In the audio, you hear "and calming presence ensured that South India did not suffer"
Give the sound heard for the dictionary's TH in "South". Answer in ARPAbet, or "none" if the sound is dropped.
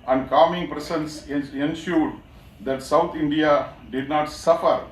T